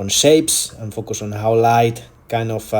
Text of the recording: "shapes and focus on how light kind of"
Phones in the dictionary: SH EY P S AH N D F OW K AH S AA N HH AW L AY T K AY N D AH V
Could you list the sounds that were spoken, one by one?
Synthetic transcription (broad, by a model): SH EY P S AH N F OW K AH S AA N HH AW L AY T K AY N AH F